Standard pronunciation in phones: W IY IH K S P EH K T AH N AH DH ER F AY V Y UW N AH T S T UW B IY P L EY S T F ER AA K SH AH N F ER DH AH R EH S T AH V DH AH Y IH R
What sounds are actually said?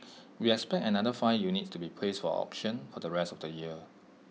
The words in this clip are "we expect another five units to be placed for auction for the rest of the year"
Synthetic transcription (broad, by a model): W IY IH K S P EH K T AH N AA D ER F AY Y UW N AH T T UW B IY P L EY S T F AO AA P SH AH N F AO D AH R EH S T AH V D AH Y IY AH